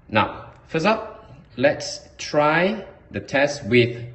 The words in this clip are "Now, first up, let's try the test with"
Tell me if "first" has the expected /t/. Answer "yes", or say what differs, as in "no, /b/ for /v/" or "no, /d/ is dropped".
no, /t/ is dropped